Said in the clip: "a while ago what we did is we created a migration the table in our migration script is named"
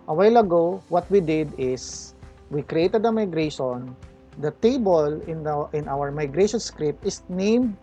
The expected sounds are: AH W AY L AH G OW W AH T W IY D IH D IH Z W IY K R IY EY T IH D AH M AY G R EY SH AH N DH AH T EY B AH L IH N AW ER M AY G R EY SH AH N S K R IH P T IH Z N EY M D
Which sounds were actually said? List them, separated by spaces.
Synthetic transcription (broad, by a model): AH W AY L AH G OW W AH T W IY D IH D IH S W IY K R IY EY T IH D AH M AY G R EY SH AH N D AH T EY B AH L IH N AW ER M AY G R EY SH AH N S K R IH P T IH S N EY M D